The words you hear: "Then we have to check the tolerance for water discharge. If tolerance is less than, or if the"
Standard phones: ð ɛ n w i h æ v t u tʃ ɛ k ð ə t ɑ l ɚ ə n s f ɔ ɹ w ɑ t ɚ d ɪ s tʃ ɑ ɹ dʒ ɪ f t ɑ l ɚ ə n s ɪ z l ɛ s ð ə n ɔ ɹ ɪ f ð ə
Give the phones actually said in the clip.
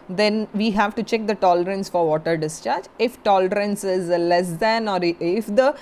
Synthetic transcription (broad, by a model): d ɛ n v i h æ v t u tʃ ɛ k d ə t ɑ l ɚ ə n s f ɔ ɹ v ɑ t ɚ d ɪ s tʃ ɑ ɹ dʒ ɪ f t ɑ l ɚ ə n s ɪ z l ɛ s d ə n ɔ ɹ ɪ f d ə